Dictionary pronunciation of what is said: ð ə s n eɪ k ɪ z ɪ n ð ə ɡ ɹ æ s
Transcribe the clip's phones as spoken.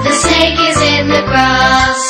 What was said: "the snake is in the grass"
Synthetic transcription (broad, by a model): ð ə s eɪ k ɪ z ɪ n ð ə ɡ ɹ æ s